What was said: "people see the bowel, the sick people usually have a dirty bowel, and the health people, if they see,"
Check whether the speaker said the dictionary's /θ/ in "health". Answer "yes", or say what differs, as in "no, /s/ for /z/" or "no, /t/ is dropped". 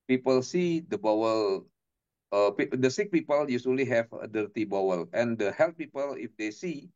no, /t/ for /θ/